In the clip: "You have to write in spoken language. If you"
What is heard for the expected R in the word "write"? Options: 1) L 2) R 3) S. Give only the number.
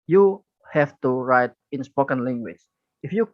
2